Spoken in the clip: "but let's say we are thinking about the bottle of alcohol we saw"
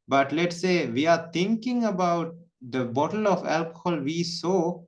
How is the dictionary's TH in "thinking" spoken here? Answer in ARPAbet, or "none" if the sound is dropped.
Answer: T